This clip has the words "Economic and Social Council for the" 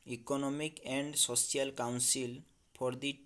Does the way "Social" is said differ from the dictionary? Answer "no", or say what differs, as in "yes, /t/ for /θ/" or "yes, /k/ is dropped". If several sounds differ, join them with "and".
yes, /s/ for /ʃ/